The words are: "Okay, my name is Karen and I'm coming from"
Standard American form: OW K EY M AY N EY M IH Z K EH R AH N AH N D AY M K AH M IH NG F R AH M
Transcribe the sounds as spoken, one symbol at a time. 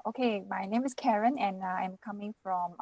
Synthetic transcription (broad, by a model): OW K EY M AY N EY M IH S K EH R AH N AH N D AY M K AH M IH NG F R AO M